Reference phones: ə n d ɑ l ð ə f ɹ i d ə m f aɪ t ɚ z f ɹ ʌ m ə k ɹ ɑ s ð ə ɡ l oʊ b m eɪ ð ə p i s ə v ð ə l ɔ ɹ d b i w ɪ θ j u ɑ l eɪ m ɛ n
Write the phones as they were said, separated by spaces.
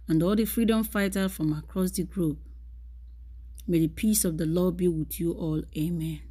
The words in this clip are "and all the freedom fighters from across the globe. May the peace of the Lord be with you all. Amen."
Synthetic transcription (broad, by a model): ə n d ɑ l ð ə f ɹ i d ə m f aɪ t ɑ f ɹ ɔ m ə k ɹ ɑ s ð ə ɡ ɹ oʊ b m eɪ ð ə p i s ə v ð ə l ɔ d b i w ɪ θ j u ɑ l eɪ m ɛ n